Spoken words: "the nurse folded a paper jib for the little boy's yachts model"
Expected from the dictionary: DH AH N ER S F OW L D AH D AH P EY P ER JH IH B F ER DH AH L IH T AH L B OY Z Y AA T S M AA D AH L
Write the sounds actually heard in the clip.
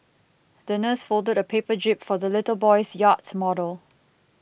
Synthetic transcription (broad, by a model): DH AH N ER S F OW L D AH D AH P EY P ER JH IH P F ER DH AH L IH T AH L B OY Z Y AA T M AA D AH L